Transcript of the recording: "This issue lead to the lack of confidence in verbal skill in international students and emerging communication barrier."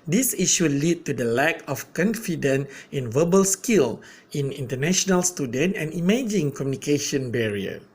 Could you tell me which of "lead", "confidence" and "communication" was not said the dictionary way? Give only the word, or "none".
confidence